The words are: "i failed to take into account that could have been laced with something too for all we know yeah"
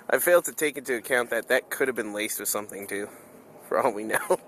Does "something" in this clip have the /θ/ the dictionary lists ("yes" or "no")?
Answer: yes